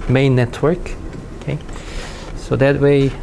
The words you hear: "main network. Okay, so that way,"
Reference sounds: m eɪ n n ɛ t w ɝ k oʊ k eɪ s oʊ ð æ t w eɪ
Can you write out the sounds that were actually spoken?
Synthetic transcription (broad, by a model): m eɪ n n ɛ t w ɝ k oʊ k eɪ s oʊ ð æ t w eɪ